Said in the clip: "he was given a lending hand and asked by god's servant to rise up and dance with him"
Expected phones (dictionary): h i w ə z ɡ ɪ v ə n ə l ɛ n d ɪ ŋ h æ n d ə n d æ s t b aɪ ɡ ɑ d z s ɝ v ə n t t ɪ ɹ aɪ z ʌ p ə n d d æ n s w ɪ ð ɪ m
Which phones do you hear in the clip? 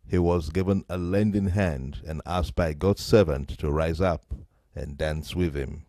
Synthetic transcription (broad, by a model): h i w ə z ɡ ɪ v ə n ə l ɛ n d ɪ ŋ h æ n d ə n æ s t b aɪ ɡ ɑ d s ɝ v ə n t t ɪ ɹ aɪ z ʌ p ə n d d æ n s w ɪ ð ɪ m